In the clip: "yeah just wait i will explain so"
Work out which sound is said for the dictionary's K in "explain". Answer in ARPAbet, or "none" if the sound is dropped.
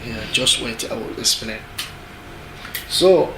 none